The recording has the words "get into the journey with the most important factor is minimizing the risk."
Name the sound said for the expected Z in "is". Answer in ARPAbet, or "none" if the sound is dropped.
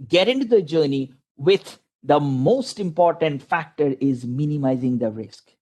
Z